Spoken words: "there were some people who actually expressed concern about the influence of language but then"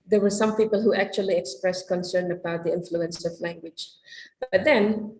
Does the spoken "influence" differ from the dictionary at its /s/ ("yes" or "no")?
no